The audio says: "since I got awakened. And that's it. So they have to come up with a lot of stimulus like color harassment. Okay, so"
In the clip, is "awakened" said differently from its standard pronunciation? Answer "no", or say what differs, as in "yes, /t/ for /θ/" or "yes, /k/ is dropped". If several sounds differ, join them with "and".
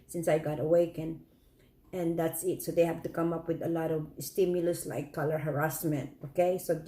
yes, /d/ is dropped